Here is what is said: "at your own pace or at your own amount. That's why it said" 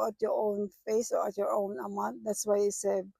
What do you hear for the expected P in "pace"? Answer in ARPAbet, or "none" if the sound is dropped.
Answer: F